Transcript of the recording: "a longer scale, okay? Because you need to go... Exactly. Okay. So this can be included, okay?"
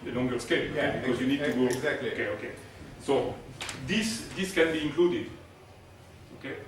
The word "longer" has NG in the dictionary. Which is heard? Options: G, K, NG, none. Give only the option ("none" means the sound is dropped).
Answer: NG